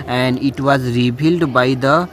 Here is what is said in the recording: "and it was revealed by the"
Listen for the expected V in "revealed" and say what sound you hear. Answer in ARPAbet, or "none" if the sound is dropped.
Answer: B